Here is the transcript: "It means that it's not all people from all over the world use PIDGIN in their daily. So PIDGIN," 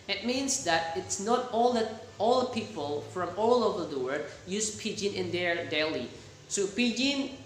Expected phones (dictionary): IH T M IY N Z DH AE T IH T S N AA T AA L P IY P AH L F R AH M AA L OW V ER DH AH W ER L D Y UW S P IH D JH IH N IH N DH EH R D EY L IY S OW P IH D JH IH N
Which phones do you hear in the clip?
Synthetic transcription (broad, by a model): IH T M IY N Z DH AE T IH T S N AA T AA L P IY P AH L F R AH M AA L OW V ER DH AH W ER D Y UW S P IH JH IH N IH N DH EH R D EY L IY S OW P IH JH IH N